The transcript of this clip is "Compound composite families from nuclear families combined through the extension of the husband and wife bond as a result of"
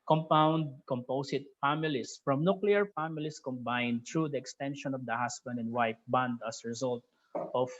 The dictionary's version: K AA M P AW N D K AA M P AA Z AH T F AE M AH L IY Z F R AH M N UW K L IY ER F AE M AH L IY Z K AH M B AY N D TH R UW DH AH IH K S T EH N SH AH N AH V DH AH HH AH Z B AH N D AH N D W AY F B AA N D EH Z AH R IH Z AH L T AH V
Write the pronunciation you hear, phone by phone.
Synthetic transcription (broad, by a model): K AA M P AW N D K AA M P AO S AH T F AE M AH L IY S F R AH M N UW K L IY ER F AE M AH L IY S K AH M B AY N D T R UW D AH IH K S T EH N SH AH N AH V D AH HH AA S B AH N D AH N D W AY P B AA N D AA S R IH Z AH L T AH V